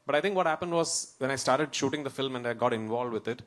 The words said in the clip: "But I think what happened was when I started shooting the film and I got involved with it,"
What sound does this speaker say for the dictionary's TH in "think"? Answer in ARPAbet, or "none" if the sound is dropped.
T